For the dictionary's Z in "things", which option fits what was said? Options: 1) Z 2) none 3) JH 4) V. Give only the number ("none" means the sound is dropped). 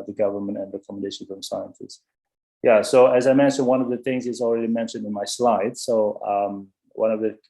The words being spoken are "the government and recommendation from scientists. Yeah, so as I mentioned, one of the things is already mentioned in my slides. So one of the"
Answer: 1